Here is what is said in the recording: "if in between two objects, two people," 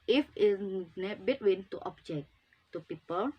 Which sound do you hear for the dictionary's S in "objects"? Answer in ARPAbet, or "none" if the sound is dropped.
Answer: none